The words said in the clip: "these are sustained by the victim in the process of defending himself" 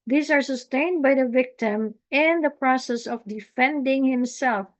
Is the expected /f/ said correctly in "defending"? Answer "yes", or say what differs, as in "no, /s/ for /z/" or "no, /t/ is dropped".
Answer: yes